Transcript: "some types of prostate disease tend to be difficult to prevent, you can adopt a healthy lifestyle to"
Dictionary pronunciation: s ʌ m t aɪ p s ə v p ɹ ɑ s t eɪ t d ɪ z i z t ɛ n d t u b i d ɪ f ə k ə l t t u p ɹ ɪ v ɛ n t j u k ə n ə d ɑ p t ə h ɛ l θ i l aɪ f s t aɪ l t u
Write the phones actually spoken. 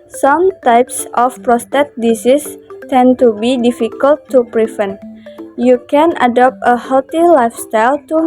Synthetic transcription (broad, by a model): s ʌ m t aɪ p s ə f p ɹ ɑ s t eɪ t d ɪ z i s t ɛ n t u b i d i f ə k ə l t t u p ɹ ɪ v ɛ n j u k ə n ə d ɑ p t ə h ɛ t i l aɪ f s t aɪ l t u